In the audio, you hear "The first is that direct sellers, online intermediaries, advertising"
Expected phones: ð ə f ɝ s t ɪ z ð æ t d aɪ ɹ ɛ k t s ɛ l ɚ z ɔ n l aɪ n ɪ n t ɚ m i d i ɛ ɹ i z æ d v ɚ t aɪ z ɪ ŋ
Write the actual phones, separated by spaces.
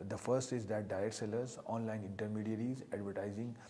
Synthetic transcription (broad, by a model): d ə f ɝ s t ɪ z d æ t d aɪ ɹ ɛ t s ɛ l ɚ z ɔ n l aɪ n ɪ n t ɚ m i d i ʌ ɹ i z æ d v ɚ t aɪ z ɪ ŋ